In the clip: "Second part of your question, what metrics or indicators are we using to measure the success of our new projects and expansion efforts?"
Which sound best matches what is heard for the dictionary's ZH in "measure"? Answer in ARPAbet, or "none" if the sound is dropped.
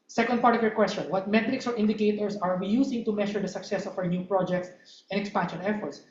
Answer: SH